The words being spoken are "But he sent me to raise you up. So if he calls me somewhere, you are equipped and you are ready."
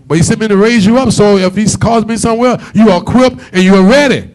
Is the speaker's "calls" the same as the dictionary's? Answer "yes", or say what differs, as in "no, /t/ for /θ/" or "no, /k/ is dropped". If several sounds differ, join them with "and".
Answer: no, /l/ is dropped